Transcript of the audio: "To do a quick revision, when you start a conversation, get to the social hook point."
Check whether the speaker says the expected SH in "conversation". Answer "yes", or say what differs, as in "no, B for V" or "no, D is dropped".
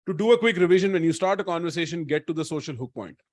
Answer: yes